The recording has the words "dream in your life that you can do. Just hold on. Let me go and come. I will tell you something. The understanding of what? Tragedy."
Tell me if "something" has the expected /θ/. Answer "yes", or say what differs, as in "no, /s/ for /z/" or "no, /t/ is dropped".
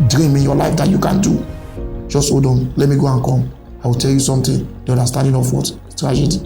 no, /t/ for /θ/